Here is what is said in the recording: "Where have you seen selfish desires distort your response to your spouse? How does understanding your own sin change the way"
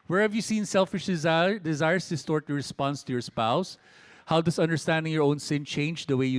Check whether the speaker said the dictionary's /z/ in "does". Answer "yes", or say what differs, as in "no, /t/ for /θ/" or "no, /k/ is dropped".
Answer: no, /s/ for /z/